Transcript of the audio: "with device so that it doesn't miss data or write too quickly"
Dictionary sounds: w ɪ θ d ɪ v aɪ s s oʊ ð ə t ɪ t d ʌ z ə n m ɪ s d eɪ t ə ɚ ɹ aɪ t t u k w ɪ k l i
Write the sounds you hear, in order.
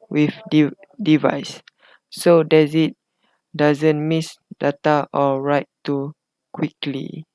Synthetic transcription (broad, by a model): w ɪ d d ɪ v aɪ s s oʊ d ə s ɪ t d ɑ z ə n m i s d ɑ t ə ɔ ɹ aɪ t t u k w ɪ k l i